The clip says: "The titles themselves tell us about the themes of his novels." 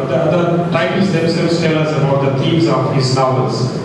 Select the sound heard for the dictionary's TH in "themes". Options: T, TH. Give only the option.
T